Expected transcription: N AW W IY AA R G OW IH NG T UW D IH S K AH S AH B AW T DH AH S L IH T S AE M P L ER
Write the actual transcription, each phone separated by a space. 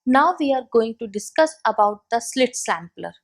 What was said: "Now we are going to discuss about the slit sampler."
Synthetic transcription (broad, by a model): N AW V IY AA R G OW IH NG T UW D IH S K AH S AH B AW T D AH S L IH T S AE M P L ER